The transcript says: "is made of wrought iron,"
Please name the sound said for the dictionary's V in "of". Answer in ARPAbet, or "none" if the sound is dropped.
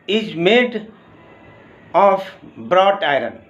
B